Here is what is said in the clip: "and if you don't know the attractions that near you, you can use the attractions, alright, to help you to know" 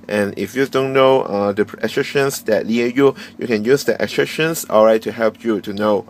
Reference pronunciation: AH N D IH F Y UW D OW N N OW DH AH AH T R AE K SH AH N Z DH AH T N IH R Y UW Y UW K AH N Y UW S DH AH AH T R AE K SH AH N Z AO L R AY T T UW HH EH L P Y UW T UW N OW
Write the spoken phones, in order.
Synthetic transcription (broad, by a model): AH N IH F Y UW D OW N N OW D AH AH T R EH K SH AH N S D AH T L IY Y UW Y UW K AH N Y UW S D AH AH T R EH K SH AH N S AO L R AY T T UW HH EH L P Y UW T UW N OW